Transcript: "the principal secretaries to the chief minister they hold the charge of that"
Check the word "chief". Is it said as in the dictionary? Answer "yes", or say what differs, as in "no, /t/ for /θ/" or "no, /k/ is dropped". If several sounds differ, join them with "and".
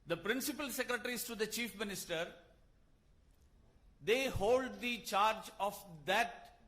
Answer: yes